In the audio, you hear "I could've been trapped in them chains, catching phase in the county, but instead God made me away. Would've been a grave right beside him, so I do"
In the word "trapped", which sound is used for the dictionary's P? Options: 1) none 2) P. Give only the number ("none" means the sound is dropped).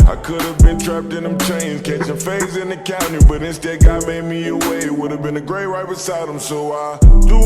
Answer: 2